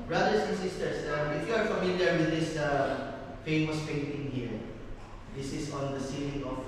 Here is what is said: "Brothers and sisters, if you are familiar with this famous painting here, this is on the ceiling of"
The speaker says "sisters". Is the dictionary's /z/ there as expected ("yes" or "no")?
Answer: no